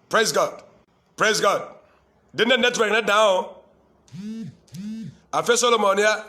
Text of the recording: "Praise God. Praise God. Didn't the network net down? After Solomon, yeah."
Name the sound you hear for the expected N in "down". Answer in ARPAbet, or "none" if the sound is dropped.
none